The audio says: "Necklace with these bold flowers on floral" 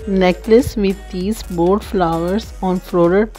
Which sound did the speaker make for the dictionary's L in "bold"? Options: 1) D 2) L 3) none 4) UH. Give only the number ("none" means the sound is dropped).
3